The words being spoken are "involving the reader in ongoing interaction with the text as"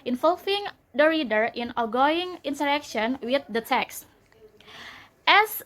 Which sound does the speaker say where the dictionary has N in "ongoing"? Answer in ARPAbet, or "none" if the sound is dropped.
none